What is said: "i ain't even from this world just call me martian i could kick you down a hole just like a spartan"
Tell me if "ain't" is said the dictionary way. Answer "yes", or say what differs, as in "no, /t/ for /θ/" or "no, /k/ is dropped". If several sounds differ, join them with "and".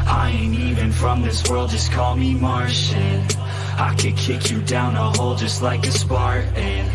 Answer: no, /t/ is dropped